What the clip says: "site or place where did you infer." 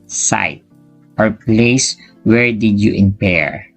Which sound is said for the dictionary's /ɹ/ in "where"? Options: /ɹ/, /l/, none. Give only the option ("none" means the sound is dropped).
/ɹ/